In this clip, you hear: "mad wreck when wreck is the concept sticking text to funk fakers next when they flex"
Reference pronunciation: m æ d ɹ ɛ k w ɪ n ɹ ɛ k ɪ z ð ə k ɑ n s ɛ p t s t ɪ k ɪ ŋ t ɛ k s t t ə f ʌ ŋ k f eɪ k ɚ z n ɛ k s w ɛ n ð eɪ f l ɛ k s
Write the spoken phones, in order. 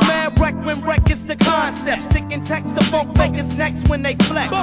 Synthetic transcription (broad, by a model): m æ ɹ ɛ k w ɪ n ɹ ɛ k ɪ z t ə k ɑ n s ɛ p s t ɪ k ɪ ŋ t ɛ k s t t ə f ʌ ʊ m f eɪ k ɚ s n ɛ k s w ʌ n ð eɪ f l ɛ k